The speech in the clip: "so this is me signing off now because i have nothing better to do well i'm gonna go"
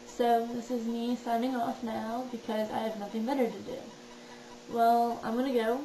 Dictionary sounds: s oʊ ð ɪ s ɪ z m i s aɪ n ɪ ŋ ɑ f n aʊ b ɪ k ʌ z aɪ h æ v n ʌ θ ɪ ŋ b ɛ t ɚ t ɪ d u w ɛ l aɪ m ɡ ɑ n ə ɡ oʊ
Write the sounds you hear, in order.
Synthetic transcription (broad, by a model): s oʊ ð ɪ s ɪ z m i s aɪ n ɪ ŋ ɑ f n aʊ b ɪ k ʌ z aɪ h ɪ v n ʌ θ ɪ ŋ b ɛ t ɚ t ɪ d u w ɛ l aɪ m ɡ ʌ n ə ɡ oʊ